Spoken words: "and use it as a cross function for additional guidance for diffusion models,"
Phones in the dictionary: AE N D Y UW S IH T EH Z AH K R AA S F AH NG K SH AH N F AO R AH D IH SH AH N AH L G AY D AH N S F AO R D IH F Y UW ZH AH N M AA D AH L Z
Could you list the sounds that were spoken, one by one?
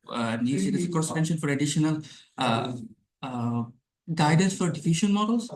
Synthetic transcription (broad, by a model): N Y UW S IH T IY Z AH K AA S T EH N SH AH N F AO R AH D IH SH AH N AH L G AY D AH N S F AO R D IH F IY SH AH N M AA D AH L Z